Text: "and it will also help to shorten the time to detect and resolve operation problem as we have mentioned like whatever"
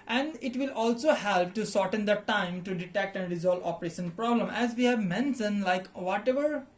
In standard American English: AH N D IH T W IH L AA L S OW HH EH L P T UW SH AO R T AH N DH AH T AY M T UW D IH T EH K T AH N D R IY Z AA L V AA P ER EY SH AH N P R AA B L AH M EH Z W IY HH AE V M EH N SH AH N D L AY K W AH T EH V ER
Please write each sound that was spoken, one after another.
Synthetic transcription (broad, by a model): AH N D IH T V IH L AA L S OW HH EH L P T UW S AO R T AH N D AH T AY M T UW D IH T EH K T AH N D R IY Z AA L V AA P ER EY SH AH N P R AA B L AH M EH Z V IY HH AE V M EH N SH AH N L AY K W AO T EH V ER